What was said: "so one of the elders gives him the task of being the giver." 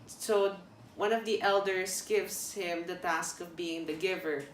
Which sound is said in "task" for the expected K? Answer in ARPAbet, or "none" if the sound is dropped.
K